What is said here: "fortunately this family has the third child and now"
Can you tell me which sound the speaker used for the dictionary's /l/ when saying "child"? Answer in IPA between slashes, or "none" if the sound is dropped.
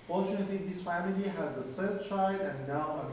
none